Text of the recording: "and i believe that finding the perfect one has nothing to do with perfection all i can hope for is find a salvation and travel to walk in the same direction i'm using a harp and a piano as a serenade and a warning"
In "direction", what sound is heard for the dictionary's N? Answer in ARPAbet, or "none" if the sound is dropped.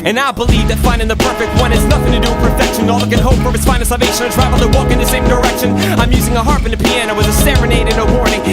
N